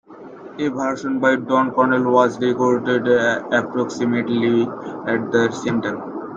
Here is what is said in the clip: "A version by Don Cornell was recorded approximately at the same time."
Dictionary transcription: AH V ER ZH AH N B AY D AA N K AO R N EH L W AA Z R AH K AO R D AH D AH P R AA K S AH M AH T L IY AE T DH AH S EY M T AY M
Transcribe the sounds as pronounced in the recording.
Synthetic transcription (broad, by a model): AH B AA SH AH N B AY D AA N K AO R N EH L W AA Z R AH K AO R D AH D AH P R AA K S AH M AH T L IY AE T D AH S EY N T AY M